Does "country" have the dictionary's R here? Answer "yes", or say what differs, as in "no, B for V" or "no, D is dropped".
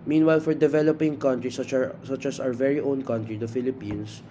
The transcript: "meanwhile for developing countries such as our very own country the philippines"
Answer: yes